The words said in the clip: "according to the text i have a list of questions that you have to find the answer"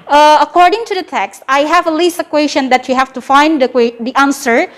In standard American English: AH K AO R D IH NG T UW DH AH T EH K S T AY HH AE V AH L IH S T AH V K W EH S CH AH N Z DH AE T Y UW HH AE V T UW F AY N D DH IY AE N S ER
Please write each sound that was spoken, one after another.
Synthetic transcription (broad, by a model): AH K AO R D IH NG T UW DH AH T EH K S T AY HH AE V AH L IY S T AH K W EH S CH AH N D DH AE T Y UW HH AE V T UW F AY N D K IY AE N S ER